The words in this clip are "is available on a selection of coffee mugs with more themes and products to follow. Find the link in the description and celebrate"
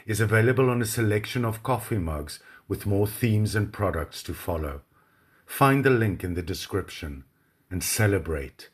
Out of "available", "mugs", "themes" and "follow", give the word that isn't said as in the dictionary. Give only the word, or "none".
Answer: none